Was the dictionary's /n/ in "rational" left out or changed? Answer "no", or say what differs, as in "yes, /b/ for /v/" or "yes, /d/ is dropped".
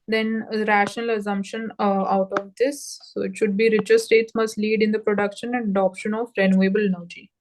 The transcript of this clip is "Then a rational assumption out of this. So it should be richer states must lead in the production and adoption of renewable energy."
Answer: no